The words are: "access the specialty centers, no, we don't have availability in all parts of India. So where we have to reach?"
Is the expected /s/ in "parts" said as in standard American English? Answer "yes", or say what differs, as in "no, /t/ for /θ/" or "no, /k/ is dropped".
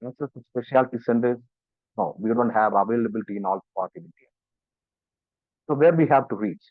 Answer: no, /s/ is dropped